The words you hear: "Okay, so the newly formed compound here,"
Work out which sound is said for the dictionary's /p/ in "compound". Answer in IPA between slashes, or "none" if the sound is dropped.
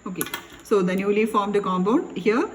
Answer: /b/